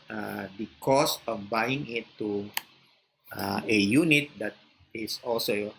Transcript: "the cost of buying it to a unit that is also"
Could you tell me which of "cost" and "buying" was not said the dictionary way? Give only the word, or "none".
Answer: cost